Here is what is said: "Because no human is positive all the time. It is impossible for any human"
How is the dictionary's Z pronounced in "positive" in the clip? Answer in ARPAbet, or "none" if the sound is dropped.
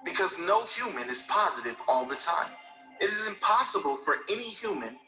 Z